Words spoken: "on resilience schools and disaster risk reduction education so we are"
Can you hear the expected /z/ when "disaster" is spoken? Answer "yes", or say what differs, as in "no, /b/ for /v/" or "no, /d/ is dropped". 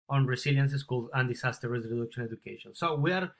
no, /s/ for /z/